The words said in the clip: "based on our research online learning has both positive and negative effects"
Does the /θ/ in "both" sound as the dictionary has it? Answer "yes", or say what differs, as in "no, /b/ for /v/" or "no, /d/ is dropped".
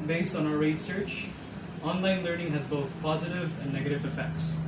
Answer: yes